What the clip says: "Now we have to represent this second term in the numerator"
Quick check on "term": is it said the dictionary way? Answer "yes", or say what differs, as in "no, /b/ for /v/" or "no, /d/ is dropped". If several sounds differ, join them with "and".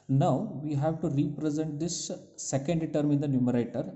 yes